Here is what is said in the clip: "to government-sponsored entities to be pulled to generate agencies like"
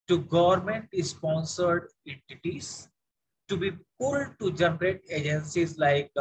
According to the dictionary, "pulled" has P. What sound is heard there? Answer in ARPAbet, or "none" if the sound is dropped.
P